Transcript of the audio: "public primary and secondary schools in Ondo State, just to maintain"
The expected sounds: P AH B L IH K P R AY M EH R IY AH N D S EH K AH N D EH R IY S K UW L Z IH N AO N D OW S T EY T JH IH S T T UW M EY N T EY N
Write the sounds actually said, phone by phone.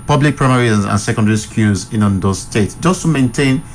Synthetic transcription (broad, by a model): P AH B L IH K P R AY M EH R IY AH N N S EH K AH N D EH R IY S K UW Z IH N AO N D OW S T EY T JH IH S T T UW M EY N T EY N